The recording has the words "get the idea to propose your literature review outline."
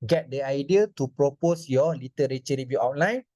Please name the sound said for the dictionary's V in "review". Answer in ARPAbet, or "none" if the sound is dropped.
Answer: B